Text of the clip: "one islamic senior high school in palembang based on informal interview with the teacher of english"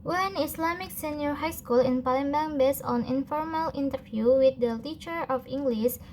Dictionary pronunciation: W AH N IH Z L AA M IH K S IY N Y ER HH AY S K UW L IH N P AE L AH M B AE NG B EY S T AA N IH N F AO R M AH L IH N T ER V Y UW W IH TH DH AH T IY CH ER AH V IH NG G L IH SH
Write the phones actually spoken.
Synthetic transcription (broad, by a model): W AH N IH S L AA M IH K S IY N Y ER HH AY S K UW L IH N P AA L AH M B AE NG B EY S AA N IH N F AO R M AH L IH N T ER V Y UW W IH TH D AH T IY CH ER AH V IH NG G L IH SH